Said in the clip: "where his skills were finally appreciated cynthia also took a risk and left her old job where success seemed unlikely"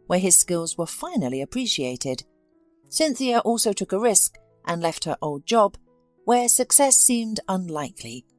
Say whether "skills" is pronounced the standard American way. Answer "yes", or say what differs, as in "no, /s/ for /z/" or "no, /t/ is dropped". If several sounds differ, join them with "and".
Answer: yes